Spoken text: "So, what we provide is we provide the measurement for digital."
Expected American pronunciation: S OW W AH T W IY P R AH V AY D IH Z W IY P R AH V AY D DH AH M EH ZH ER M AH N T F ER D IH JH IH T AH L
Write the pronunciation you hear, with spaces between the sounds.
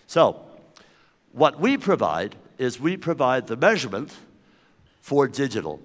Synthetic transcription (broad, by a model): S OW W AH T W IY P R AH V AY D IH Z W IY P R AH V AY D DH AH M EH ZH ER M AH N T F ER D IH JH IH T L